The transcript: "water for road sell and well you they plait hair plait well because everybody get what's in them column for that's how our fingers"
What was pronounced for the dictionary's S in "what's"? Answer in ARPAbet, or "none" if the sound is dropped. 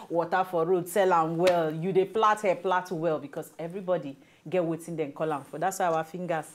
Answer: none